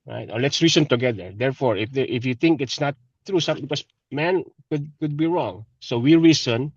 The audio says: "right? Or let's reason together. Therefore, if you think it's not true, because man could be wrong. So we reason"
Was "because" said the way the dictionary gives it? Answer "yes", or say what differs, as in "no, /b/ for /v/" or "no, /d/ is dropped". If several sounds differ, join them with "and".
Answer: no, /s/ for /z/